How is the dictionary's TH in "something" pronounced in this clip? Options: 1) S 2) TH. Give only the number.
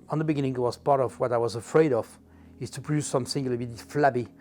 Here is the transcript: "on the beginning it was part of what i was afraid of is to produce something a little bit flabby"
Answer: 1